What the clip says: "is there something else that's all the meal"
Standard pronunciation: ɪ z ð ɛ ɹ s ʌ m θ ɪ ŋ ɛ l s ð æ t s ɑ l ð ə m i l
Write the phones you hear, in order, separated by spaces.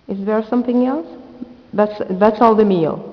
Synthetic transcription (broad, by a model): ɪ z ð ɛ ɹ s ʌ m θ ɪ ŋ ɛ l s ð æ t s ɑ l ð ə m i l